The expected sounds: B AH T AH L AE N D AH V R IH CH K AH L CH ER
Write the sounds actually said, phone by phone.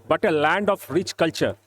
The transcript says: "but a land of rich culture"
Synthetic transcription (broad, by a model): B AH T AH L AE N D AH F R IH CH K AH L CH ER